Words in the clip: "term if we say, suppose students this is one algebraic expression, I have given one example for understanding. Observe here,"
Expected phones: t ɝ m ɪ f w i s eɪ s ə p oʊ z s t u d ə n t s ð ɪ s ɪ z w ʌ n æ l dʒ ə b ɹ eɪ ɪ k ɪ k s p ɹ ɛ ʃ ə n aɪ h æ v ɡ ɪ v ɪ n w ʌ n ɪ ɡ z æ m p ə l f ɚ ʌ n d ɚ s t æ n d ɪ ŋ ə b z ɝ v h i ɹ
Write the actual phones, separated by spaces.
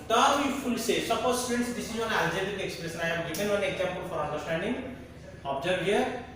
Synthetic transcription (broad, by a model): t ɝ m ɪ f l s eɪ s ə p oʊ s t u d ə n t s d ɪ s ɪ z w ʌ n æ l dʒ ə ɹ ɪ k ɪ k s p ɹ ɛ s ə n aɪ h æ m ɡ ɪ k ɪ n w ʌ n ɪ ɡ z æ m p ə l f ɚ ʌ n d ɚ s t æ n d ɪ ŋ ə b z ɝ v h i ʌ